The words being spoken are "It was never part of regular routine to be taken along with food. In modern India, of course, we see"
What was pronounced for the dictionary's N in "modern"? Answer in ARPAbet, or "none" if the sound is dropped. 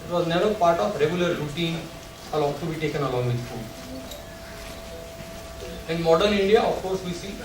L